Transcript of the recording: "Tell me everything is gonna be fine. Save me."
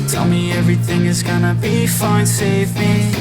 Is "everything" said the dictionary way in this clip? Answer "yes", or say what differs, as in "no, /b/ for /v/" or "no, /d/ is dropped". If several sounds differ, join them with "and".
yes